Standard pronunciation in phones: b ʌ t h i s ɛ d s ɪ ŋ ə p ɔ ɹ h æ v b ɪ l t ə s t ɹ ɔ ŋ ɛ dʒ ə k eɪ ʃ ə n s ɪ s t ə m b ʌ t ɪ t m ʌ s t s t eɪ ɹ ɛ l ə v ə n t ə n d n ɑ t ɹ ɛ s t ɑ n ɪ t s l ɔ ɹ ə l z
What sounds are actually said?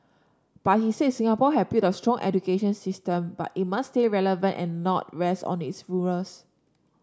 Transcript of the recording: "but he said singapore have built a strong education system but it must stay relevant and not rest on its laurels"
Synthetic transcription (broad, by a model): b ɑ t h i s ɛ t s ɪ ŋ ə p ɔ h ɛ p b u t ə s t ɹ ɔ ŋ ɛ dʒ ə k eɪ ʃ ə n s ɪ s t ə m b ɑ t ɪ t m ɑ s s t eɪ ɹ ɛ l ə v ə n t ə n n ɑ t ɹ ɛ s t ɑ n ɪ t s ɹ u ɹ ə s